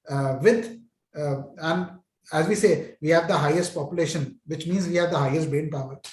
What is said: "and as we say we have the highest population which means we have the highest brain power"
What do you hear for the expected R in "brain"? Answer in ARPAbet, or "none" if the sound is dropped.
none